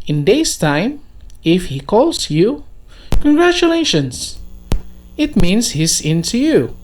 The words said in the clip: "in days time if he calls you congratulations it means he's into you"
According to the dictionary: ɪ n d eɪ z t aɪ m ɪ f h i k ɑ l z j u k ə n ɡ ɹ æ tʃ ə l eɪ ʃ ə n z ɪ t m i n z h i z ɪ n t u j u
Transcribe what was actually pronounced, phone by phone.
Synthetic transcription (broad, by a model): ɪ n d eɪ s t aɪ m ɪ f h i k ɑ l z j u k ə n ɡ ɹ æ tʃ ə l eɪ ʃ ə n s ɪ t m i n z h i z ɪ n t u j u